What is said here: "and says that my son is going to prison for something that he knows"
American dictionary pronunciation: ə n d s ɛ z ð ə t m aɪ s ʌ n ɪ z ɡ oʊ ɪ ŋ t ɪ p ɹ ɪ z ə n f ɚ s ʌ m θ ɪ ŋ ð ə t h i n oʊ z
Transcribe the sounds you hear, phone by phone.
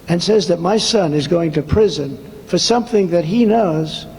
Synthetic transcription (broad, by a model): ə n s ɛ z ð ə t m aɪ s ʌ n ɪ z ɡ oʊ ɪ ŋ t ɪ p ɹ ɪ z ə n f ɚ s ʌ m θ ɪ ŋ ð ə t h i n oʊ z